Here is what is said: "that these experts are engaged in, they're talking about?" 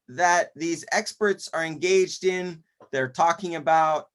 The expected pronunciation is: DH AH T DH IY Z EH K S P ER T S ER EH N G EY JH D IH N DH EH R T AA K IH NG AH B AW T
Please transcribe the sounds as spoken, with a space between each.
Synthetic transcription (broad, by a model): DH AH T DH IY Z EH K S P ER T S ER EH N G EY JH D IH N DH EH R T AA K IH NG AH B AW T